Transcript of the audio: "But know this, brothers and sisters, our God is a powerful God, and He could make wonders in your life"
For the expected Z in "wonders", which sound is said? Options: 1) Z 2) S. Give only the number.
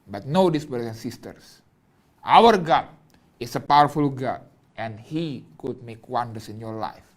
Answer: 2